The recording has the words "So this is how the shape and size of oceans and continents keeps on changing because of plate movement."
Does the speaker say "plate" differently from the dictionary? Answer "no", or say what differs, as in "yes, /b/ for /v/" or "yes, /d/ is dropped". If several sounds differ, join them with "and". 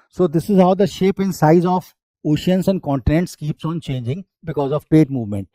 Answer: yes, /l/ is dropped